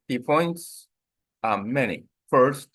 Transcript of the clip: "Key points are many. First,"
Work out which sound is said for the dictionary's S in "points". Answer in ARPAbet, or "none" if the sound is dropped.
S